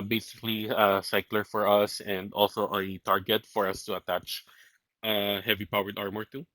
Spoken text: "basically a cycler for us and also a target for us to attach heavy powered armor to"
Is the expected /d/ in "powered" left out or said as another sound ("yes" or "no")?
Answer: no